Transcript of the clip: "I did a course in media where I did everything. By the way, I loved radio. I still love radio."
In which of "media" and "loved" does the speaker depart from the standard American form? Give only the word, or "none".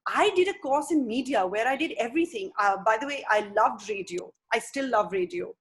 none